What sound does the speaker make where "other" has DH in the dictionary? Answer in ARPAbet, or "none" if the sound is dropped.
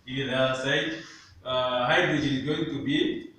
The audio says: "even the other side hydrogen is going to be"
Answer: none